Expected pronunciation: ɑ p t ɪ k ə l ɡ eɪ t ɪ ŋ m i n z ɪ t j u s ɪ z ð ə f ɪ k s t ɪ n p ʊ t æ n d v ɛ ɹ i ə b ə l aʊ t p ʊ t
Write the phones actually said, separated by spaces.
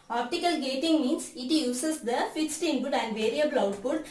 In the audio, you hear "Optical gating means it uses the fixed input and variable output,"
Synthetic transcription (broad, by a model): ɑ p t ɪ k ə l ɡ eɪ t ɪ ŋ m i n s ɪ t j u s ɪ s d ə f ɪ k s t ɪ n b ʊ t æ n d v ɛ ɹ i ə b ə l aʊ t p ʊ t